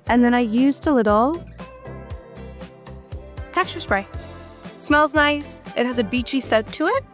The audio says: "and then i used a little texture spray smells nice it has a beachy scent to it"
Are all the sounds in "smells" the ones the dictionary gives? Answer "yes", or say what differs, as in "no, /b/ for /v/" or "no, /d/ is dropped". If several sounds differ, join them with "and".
yes